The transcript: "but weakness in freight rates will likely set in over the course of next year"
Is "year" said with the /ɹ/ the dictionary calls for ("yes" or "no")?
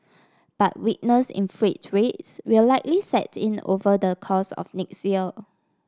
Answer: no